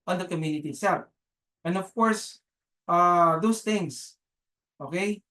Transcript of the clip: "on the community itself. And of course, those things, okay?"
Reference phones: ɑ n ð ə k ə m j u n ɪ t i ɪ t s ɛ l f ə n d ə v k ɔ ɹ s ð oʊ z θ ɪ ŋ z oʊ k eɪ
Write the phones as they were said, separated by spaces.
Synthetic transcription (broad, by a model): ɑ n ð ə k ə m j u n ɪ t i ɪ t s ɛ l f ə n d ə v k ɔ ɹ s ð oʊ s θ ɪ ŋ s oʊ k eɪ